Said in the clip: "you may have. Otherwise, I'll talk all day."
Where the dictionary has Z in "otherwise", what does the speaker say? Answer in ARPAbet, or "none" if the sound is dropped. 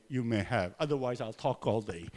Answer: Z